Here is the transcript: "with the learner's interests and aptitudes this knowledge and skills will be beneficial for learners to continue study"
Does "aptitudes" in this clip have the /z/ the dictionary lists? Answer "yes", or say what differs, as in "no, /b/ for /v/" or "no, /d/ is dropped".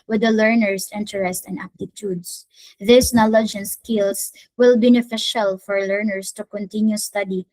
no, /s/ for /z/